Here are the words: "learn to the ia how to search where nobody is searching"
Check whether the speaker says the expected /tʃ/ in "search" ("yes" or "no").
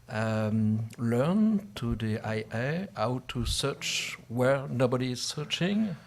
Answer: yes